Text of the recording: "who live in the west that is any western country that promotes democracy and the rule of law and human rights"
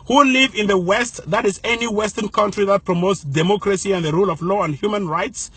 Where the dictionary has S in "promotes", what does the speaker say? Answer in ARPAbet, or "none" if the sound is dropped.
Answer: S